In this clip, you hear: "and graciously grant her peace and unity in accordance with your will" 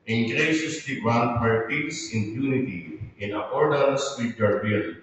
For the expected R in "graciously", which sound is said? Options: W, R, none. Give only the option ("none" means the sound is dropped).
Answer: none